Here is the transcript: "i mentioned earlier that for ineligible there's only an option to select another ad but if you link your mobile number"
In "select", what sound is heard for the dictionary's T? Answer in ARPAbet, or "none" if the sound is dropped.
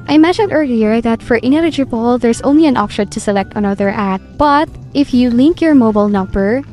T